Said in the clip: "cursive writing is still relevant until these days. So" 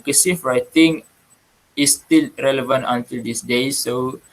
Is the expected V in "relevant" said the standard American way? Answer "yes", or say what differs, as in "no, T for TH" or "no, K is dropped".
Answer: yes